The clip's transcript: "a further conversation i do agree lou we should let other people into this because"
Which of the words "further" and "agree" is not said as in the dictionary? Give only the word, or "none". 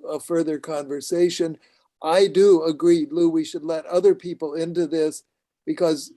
none